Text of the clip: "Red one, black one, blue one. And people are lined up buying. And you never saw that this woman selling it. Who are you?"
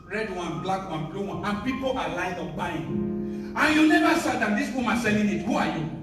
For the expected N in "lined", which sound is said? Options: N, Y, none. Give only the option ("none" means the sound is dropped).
none